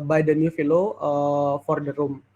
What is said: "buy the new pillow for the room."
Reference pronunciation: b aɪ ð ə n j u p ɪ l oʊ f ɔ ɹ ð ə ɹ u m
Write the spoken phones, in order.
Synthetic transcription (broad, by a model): b aɪ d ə n j u f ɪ l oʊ f ɔ ɹ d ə ɹ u m